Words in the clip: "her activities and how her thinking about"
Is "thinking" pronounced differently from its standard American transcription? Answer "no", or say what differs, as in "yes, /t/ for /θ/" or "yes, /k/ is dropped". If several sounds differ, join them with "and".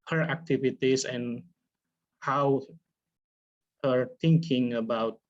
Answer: yes, /t/ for /θ/